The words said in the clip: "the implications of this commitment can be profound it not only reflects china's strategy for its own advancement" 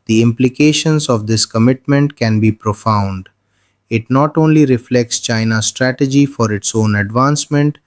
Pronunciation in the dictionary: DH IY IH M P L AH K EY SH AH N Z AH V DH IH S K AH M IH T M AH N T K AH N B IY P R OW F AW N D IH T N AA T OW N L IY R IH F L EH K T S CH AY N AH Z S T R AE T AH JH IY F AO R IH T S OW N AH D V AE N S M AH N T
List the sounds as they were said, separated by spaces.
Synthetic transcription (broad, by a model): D IY IH M P L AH K EY SH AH N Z AH V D IH S K AH M IH T M AH N T K AH N B IY P R OW F AW N D IH T N AA T OW N L IY R IH F L EH K T S CH AY N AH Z S T R AE T AH JH IY F AO R IH T S OW N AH D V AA N S M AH N T